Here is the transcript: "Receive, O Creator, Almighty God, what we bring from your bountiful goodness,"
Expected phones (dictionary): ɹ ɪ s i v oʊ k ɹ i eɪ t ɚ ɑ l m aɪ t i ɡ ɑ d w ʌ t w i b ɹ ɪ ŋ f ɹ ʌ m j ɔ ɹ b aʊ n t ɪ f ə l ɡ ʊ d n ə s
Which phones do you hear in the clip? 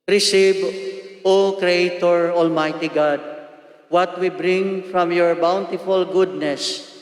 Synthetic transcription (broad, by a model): ɹ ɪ s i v oʊ k ɹ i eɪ t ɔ ɑ l m aɪ t i ɡ ɑ d w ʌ t w i b ɹ ɪ ŋ f ɹ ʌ m j ɔ ɹ b aʊ n t ɪ f ə l ɡ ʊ d n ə s